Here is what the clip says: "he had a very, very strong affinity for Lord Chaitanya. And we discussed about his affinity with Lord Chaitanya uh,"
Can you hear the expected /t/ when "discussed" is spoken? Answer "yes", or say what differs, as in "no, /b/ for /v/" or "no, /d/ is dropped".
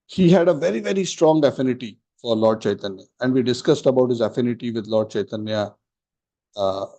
yes